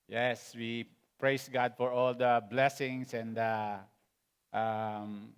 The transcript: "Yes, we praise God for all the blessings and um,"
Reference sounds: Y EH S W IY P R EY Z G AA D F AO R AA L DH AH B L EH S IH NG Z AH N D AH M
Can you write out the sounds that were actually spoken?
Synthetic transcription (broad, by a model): Y EH S W IY P R EY S G AA D F AO R AA L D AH B L EH S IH NG S AH N D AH M